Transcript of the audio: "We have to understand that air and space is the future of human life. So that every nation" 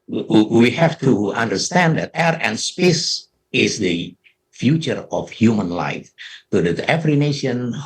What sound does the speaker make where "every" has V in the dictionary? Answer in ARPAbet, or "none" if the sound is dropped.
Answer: F